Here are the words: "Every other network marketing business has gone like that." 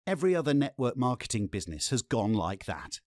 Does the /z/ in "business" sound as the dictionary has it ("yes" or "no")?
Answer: yes